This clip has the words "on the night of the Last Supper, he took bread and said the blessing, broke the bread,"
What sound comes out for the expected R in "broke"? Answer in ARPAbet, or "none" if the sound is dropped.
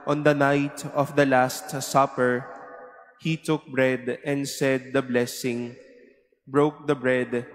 R